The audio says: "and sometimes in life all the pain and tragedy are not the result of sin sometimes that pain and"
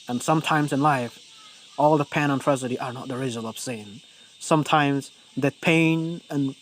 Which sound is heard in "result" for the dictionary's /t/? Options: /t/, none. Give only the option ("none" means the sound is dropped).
none